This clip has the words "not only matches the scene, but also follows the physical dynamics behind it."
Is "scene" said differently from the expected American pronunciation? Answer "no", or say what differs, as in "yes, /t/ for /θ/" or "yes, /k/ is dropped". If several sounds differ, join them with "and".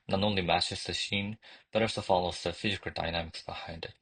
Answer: yes, /ʃ/ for /s/